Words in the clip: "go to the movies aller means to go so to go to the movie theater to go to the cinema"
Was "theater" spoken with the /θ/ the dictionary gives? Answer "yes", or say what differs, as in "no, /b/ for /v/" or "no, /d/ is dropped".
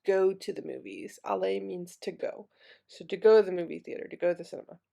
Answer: yes